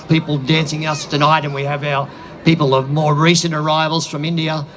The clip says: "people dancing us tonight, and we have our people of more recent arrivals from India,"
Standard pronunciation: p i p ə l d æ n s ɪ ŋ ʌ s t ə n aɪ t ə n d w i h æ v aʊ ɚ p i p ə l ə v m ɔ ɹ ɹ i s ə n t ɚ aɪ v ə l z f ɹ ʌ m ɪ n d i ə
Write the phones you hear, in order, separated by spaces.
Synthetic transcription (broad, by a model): p i p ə l d æ n s ɪ ŋ ʌ s t ə n aɪ t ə n w i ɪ v aʊ ɚ p i p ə l ə v m ɔ ɹ ɹ i s ə n t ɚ aɪ v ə l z f ɹ ʌ m ɪ n d i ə